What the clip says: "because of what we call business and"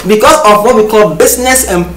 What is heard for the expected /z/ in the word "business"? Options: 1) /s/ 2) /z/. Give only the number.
1